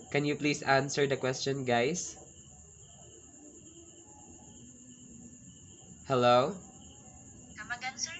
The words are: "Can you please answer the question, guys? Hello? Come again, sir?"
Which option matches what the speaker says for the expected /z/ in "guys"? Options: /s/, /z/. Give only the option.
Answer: /s/